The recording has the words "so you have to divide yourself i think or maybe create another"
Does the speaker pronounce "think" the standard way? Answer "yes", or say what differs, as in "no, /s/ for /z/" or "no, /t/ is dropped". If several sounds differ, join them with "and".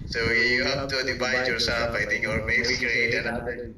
no, /t/ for /θ/